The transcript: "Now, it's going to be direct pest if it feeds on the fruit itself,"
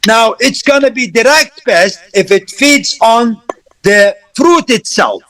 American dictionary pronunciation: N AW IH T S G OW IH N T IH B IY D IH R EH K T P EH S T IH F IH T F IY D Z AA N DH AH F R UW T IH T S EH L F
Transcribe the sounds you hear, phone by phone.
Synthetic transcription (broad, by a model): N AW IH T S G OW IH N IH B IY D IH R EH K T B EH S T IH F IH T F IY D Z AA N DH AH F R UW T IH T S EH L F